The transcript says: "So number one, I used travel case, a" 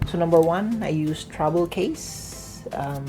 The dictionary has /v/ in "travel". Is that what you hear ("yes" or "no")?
no